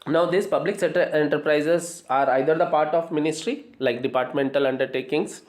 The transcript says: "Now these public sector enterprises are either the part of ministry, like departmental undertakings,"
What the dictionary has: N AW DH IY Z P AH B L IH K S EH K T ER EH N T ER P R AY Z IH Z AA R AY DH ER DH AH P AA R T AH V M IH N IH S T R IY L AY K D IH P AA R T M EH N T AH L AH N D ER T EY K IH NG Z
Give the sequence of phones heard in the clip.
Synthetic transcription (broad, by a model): N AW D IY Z P AH B L IH K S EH T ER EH N T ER P R AY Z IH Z AA R AY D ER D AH P AA R T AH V M IH N IH S T R IY L AY K D IH P AA R T M EH N T AH L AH N D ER T EY K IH NG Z